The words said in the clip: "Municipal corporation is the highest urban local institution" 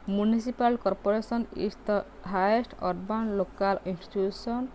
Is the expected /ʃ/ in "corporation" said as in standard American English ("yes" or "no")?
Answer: no